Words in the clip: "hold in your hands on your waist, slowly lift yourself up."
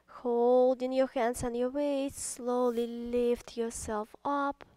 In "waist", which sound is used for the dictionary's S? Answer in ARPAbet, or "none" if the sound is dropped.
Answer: none